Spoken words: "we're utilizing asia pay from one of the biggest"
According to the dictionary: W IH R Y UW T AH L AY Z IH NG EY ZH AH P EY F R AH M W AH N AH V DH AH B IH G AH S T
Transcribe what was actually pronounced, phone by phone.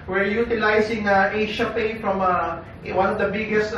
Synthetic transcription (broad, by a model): W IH R Y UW T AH L AY S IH NG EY SH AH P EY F R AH M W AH N AH V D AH B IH G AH S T